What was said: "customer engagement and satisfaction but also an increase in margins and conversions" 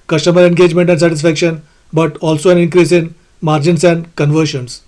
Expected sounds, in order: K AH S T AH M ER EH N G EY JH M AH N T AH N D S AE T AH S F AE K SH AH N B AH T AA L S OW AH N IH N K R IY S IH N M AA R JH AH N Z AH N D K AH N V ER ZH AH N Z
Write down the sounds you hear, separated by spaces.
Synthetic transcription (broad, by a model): K AH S T AH M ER EH N G EY JH M AH N T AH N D S AE T AH S F AE K SH AH N B AH T AA L S OW AH N IH N K R IY S IH N M AA R JH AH N S AH N D K AH N V ER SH AH N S